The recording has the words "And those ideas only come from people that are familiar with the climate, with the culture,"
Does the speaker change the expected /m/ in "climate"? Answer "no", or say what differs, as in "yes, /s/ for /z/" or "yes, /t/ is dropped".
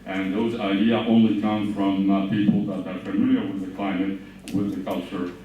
no